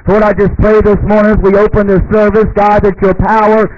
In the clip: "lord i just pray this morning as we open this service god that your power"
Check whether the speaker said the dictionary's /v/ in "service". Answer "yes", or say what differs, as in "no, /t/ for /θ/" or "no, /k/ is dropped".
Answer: yes